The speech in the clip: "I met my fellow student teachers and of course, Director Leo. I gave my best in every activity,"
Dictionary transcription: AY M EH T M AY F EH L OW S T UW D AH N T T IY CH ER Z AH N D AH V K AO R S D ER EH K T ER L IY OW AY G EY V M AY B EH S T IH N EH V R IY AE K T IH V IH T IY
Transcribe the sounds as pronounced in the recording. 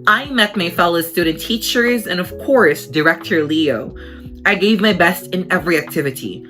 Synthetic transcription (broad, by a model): AY M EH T M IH F EH L OW S T UW D N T T IY CH ER Z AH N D AH V K AO R S D ER EH K T ER L IY OW AY G EY V M AY B EH S T IH N EH V R IY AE K T IH V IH T IY